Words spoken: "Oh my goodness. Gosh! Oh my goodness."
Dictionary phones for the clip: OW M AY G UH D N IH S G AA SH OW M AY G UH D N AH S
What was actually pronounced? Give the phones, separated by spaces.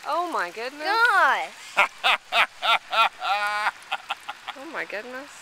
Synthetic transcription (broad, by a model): OW M AY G UH D N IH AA OW M AY G UH D N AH S